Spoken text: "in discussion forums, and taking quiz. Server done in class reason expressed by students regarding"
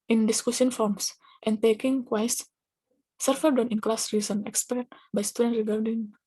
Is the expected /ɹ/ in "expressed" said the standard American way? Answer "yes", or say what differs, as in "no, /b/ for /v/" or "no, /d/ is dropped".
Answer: no, /ɹ/ is dropped